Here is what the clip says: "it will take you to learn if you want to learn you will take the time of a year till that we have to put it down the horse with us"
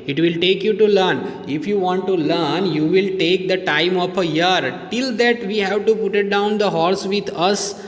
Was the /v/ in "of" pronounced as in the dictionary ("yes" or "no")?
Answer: no